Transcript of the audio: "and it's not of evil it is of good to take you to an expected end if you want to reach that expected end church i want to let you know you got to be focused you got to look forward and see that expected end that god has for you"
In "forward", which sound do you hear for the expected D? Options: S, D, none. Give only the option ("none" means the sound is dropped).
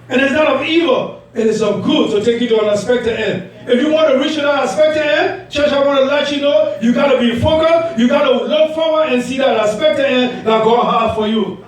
none